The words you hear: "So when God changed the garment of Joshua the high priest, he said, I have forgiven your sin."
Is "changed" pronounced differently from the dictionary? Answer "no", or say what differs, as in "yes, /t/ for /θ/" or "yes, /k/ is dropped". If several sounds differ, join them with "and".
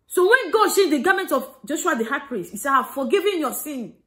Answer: yes, /ʃ/ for /tʃ/